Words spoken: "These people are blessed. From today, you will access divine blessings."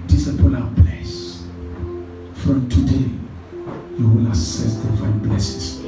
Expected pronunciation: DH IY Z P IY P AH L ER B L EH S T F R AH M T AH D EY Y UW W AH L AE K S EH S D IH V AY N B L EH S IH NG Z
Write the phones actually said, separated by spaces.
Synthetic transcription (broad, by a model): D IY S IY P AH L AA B L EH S F R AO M T AH D EY Y UW W AH L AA S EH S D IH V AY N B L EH S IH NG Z